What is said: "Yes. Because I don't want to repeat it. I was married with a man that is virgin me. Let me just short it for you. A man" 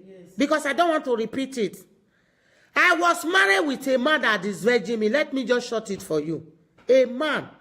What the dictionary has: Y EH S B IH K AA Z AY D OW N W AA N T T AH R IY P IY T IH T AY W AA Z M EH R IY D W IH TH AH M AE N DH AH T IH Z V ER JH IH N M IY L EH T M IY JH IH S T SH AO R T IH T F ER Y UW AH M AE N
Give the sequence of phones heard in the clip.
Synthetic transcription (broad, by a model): B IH K AA S AY D OW N W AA N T T AH R IY P IY T IH T AY W AA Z M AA R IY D W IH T AH M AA N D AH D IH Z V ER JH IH M IY L EH T M IY JH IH S SH AO T IH T F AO Y UW AH M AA N